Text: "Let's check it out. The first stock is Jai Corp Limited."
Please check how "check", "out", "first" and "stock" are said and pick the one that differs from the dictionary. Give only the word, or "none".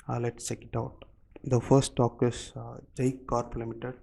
first